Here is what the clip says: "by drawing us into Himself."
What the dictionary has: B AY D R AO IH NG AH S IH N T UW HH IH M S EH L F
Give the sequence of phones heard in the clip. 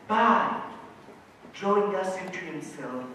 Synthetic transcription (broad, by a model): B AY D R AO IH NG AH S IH T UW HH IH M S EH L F